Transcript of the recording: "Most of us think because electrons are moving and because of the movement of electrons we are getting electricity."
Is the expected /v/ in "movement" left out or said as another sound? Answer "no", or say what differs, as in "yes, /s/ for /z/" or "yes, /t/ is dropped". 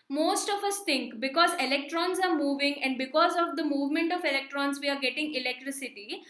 no